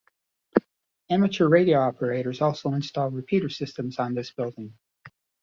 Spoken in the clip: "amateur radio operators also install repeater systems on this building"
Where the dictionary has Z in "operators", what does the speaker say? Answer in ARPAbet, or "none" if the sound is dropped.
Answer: Z